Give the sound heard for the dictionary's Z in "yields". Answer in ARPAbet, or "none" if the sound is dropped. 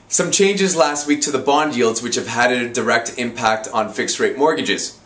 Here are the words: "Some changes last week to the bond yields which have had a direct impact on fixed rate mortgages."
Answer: Z